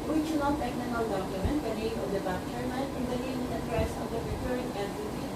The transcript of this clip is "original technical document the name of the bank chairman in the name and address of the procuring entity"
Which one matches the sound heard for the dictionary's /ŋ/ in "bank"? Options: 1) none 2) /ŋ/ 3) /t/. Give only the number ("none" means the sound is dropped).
1